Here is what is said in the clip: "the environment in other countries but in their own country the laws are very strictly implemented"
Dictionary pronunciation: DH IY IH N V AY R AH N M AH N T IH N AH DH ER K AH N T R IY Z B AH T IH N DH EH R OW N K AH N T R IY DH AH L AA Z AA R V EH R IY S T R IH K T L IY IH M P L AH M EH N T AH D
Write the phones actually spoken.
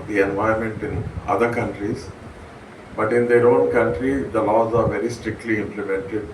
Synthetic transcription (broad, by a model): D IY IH N V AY AH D M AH N T IH N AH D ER K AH N T R IY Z B AH T IH N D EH R OW N K AH N T R IY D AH L AA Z AA R V EH R IY S T R IH K T L IY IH M P L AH M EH N T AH D